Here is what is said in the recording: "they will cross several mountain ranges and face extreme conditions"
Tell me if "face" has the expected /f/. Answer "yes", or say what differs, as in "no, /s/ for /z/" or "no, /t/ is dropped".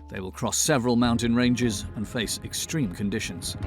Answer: yes